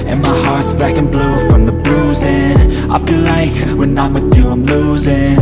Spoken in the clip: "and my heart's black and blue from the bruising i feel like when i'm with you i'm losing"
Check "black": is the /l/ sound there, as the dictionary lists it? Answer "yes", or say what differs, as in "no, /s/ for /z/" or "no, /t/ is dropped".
no, /l/ is dropped